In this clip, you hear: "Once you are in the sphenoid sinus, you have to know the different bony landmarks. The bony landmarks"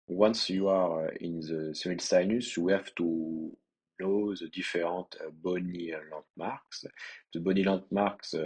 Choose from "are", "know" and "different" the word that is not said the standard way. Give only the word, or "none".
different